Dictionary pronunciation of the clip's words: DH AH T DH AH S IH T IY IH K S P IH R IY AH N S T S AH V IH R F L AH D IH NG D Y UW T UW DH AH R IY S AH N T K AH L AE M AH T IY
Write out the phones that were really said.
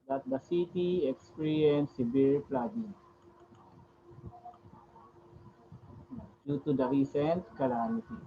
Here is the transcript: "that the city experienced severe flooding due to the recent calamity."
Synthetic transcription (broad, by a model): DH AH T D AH S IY T IY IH K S P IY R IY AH N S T S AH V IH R P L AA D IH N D Y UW T UW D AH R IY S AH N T K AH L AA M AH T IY